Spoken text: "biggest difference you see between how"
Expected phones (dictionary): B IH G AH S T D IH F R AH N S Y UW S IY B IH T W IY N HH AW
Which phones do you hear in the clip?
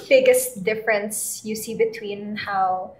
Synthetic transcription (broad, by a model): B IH G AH S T D IH F R AH N S Y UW S IY B IH T W IY N HH AW